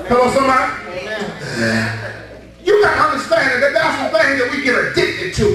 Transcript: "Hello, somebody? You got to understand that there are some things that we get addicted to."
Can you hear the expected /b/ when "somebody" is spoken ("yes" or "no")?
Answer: no